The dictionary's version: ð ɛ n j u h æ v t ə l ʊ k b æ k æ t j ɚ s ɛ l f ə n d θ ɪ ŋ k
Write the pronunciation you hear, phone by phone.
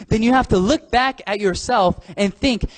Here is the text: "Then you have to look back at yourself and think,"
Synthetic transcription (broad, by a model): ð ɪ n j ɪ h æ f t ə l ʊ k b æ k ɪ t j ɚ s ɛ l f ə n θ ɪ ŋ k